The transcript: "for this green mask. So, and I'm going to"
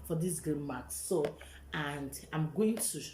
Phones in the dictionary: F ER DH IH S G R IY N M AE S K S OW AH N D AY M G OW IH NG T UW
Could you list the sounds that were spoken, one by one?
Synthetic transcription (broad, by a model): F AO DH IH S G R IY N M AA K S OW AH N D AY M G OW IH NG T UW